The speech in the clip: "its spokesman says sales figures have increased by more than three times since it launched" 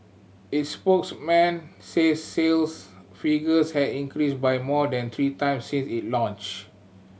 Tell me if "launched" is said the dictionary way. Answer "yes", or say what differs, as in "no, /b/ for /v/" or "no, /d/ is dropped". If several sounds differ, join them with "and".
no, /t/ is dropped